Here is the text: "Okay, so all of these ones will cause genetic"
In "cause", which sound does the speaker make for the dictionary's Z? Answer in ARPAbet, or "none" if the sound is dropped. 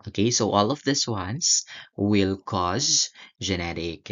Z